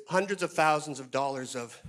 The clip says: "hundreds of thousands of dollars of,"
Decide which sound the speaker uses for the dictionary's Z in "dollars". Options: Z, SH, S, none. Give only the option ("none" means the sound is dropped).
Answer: Z